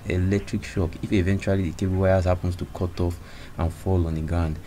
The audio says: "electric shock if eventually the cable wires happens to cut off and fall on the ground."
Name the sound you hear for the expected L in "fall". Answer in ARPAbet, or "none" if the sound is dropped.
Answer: L